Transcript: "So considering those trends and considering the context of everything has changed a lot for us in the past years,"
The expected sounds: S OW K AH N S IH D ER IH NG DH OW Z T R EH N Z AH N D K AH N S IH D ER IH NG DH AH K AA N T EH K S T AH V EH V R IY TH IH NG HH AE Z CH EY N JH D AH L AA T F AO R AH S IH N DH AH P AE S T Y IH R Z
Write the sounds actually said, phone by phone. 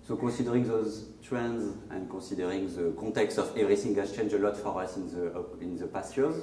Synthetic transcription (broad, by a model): S OW K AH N S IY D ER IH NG DH OW Z T R EH N Z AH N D K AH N S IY D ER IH NG DH AH K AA T EH K S T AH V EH V R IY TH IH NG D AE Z CH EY N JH AH L AA T F AO R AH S IH N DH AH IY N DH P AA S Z